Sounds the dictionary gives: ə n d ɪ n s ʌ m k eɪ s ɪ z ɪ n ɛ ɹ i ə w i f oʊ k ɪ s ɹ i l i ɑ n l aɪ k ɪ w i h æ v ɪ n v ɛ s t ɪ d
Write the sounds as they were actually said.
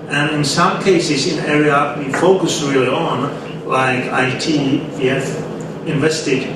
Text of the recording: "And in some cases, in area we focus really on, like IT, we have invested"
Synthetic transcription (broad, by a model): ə n ɪ n s ʌ m k eɪ s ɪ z ɪ n ɛ ɹ i ə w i f oʊ k ɪ s ɹ i l i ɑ n l aɪ k ɪ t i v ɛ f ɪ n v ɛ s t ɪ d